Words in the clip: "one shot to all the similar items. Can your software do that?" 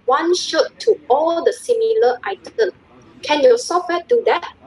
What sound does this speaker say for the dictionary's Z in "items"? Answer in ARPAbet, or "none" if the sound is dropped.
none